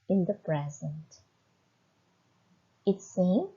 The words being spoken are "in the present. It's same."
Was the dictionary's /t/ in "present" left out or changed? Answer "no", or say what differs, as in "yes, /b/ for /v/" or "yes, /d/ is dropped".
no